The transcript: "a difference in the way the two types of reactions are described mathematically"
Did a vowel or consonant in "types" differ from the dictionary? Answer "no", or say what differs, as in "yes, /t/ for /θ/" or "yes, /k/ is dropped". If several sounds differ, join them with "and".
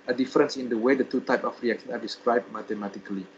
yes, /s/ is dropped